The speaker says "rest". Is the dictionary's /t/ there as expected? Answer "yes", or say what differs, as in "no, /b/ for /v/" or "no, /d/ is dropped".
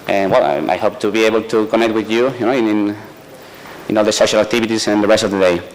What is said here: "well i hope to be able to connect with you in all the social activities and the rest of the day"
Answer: yes